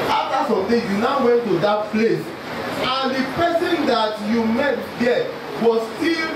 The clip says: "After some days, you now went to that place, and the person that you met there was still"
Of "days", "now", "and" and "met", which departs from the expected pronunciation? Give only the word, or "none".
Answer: days